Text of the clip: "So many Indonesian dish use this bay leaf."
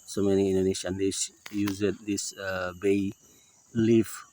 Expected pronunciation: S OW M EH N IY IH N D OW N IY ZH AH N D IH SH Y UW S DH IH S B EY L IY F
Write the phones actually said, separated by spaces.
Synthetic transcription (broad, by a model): S OW M EH N IY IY N D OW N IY SH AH N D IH S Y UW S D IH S B EY L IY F